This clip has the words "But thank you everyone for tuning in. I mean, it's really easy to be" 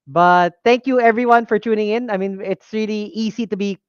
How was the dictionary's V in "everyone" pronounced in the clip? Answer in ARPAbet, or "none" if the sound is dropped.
V